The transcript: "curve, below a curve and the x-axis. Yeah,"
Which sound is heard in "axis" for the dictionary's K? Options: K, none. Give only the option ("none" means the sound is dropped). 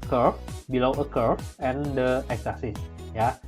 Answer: none